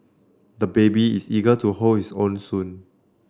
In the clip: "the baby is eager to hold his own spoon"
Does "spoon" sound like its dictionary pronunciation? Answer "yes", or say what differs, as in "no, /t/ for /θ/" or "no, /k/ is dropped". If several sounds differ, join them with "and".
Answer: no, /p/ is dropped